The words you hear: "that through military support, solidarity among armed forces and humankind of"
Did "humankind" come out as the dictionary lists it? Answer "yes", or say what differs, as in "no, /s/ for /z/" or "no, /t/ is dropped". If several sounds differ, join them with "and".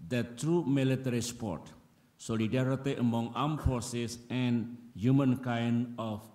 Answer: no, /d/ is dropped